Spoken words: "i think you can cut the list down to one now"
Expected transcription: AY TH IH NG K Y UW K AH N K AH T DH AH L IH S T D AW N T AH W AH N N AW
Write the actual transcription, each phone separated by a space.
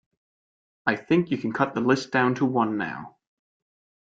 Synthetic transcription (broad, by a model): AY TH IH NG K Y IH K N K AH T DH AH L IH S D AW N T AH W AH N N AW